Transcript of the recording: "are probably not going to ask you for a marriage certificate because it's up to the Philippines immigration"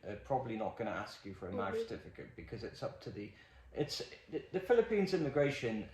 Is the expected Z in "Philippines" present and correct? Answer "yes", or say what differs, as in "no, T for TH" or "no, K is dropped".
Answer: yes